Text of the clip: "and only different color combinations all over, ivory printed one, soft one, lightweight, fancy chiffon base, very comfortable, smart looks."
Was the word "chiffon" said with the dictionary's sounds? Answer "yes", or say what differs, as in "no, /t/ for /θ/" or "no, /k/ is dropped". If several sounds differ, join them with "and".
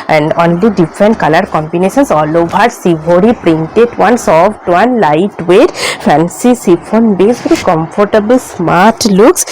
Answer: no, /s/ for /ʃ/